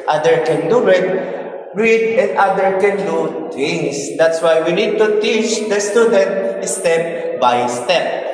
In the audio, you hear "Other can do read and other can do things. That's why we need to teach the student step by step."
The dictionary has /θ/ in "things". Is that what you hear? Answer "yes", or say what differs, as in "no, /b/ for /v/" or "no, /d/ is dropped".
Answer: no, /t/ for /θ/